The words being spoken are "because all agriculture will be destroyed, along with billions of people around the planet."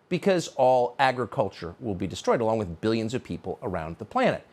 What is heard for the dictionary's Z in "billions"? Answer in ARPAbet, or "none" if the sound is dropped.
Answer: Z